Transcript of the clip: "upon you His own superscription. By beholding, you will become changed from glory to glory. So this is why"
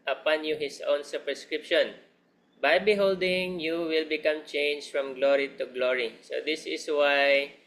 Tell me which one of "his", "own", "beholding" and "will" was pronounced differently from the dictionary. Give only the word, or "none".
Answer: his